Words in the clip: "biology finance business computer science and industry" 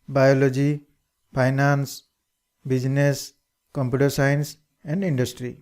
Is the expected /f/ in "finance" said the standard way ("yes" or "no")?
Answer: no